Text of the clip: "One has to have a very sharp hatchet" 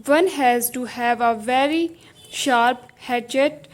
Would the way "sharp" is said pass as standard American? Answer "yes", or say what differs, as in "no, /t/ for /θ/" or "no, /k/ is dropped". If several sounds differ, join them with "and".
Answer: yes